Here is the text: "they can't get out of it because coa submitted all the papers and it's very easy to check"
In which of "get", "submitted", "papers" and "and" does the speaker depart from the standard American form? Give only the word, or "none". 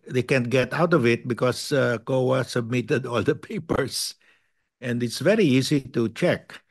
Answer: papers